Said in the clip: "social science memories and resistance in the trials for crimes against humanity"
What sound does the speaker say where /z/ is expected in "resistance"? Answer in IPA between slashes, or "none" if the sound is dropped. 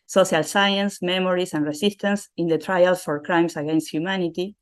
/s/